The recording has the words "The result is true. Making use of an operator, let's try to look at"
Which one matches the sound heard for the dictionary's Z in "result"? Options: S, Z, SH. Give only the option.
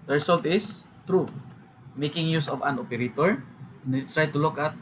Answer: S